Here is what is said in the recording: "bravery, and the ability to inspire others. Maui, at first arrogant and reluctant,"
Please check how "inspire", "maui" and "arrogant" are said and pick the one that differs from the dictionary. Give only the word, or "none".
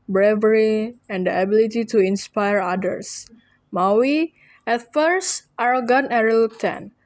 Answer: arrogant